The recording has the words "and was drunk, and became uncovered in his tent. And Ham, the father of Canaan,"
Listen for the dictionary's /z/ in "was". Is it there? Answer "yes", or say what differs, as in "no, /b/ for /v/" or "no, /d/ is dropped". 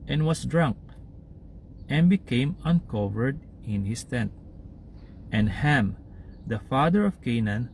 no, /s/ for /z/